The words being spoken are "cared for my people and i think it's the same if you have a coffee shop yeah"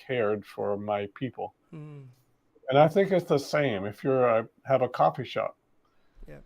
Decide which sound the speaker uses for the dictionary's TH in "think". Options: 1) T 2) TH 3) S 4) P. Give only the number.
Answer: 2